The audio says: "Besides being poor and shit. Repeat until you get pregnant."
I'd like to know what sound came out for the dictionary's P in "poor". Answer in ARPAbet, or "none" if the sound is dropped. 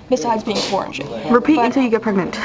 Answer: F